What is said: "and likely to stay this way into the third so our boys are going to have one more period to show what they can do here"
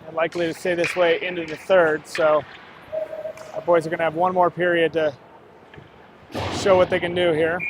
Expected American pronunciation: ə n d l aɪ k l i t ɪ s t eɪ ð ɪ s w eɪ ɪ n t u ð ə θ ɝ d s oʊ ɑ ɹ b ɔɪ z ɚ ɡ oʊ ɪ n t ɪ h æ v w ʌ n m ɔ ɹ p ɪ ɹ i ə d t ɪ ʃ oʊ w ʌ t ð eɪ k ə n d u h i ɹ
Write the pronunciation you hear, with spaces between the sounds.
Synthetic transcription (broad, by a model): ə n l aɪ k l i t ɪ s t eɪ ð ɪ s w eɪ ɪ n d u ð ə θ ɝ d s oʊ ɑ b ɔɪ z ɚ ɡ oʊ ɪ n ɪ v w ʌ n m ɔ ɹ p ɪ ɹ i ə d t ɪ ʃ oʊ w ʌ t ð eɪ k ə n d u h i ɹ